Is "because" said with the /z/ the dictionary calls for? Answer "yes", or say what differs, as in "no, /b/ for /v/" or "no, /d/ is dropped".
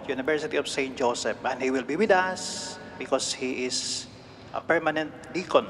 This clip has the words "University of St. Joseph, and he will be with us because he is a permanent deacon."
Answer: no, /s/ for /z/